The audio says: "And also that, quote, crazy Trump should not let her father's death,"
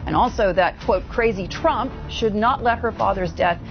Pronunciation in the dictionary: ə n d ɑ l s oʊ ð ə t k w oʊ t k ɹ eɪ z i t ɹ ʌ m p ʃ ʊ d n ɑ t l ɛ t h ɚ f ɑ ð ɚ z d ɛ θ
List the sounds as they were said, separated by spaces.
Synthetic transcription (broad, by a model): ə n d ɑ l s oʊ ð ə t k w oʊ t k ɹ eɪ z i t ɹ ʌ m p ʃ ʊ d n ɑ t l ɛ t h ɚ f ɑ ð ɚ z d ɛ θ